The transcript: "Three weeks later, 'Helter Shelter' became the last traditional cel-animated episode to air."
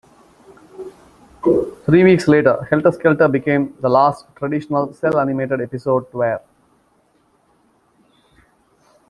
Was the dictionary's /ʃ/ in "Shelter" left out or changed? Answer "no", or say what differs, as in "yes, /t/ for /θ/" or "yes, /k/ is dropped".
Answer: yes, /s/ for /ʃ/